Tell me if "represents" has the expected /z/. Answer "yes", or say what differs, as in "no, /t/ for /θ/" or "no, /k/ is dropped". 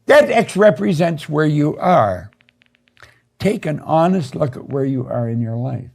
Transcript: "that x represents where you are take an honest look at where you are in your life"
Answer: yes